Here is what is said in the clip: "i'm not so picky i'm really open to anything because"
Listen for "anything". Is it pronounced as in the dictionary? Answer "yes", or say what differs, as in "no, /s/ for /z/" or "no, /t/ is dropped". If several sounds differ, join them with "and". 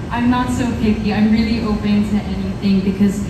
yes